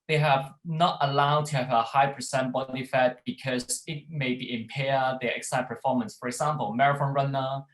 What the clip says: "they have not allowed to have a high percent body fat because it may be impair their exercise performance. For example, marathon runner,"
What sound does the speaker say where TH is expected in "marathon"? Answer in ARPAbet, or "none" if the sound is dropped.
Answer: F